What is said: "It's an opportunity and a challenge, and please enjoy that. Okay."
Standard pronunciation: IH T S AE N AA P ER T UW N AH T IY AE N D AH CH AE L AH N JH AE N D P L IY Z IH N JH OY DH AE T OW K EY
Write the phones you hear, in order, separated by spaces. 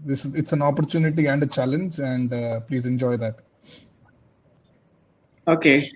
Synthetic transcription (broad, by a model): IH T S AE N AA P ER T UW N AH T IY AE N D AH CH AE L AH N JH AE N D P L IY Z IH N JH OY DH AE T OW K EY